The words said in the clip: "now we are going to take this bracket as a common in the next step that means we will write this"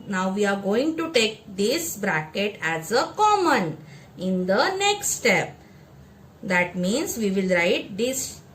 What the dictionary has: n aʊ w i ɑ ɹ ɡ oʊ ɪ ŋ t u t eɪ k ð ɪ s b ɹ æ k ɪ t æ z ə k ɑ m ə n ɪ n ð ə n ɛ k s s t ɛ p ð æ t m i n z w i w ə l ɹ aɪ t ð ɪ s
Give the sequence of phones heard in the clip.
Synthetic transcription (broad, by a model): n aʊ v i ɑ ɹ ɡ oʊ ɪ ŋ t u t eɪ k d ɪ s b ɹ æ k ɪ t æ z ə k ɑ m ə n ɪ n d ə n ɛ k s s t ɛ p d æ t m i n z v i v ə l ɹ aɪ t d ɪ s